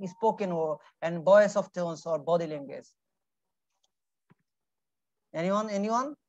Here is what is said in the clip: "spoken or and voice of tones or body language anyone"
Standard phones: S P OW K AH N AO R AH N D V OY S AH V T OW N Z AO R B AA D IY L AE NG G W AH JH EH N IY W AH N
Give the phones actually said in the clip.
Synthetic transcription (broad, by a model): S P OW K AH N AO R AH N D B OY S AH F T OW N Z AO R B AA D IY L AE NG G W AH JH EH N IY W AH N